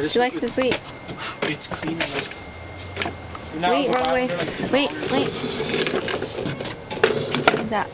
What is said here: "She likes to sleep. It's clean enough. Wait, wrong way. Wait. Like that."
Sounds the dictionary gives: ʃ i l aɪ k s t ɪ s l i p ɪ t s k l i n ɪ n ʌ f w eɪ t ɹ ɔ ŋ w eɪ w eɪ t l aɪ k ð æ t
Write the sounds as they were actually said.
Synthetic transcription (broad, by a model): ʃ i l aɪ k s t ɪ s w i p ɪ t s k l i n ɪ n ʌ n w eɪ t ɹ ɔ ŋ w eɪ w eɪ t w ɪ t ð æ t